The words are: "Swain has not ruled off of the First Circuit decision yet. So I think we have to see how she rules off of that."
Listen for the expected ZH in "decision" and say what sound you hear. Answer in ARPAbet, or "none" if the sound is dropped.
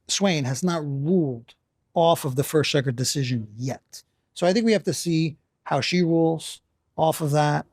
ZH